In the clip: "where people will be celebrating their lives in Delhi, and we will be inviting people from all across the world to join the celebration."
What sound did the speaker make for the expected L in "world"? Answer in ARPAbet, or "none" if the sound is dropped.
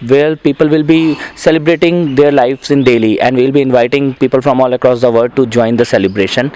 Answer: none